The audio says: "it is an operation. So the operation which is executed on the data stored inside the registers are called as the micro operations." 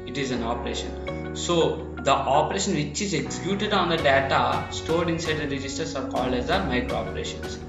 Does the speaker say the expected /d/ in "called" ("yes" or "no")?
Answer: yes